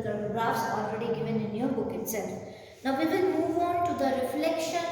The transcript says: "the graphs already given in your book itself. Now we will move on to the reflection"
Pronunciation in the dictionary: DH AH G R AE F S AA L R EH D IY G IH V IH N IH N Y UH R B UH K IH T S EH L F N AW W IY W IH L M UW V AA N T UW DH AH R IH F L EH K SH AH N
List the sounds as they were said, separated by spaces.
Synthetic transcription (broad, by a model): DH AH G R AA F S AA L R EH D IY G IH V IH N IH N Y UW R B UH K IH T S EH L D N AW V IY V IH N M UW V AA N T UW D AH R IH F L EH K SH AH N